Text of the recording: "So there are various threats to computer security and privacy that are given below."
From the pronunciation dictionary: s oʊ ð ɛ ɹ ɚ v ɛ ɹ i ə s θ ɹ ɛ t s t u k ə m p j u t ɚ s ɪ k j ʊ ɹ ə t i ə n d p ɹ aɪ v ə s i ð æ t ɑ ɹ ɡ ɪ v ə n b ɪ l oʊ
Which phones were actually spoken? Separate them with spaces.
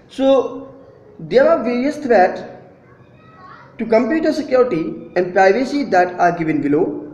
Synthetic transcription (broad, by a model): s oʊ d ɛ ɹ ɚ v ɛ ɹ i ə s t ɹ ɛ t t u k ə m p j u t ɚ s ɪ k j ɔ ɹ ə t i ə n d p ɹ aɪ v ə s i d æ t ɑ ɹ ɡ ɪ v ə n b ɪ l oʊ